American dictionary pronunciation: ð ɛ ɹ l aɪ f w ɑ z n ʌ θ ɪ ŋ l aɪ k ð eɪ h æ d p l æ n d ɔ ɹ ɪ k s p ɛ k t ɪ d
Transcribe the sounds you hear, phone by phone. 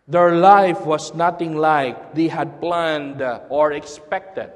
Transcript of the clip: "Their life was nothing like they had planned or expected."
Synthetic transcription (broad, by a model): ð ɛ ɹ l aɪ f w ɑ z n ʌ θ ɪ ŋ l aɪ k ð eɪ h æ d p l æ n d ɔ ɹ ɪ k s p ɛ k t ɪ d